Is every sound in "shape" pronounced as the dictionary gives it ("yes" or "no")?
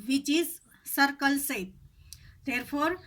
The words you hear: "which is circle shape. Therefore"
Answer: no